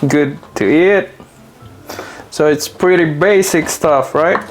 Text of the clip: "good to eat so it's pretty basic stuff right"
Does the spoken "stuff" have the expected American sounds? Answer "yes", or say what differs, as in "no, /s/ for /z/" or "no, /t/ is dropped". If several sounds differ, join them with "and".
yes